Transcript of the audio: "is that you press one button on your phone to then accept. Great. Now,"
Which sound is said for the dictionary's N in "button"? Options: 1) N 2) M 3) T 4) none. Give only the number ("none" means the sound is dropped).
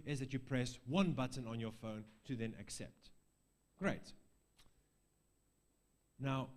1